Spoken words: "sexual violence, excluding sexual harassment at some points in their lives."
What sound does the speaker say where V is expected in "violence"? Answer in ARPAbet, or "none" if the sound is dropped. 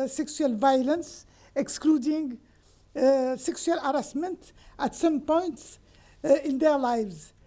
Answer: V